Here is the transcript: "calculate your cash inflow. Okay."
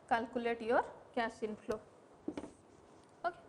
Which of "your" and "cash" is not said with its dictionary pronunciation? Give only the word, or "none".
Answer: cash